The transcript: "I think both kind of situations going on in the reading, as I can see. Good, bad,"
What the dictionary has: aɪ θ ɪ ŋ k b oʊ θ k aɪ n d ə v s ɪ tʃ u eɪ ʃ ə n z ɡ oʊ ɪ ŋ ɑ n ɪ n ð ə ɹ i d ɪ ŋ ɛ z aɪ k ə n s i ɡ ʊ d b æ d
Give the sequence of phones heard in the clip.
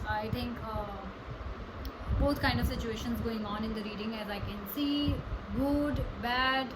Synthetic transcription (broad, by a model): aɪ t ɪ ŋ k b oʊ t k aɪ n d ə v s ɪ tʃ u eɪ ʃ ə n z ɡ oʊ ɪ ŋ ɑ n ɪ n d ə ɹ i d ɪ ŋ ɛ z aɪ k ə n s i ɡ ʊ d b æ d